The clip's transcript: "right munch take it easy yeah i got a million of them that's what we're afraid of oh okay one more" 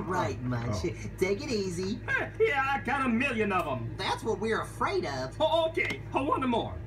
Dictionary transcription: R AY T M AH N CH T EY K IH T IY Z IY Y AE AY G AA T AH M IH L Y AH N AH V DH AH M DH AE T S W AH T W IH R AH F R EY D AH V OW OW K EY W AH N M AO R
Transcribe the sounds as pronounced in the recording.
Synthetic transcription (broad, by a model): R AY T M AH CH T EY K IH T IY Z IY Y AE AY G AA T AH M IH L Y AH N AH V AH M DH AE T S W AH T W IH R AH F R EY D AH V OW OW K EY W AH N M AO R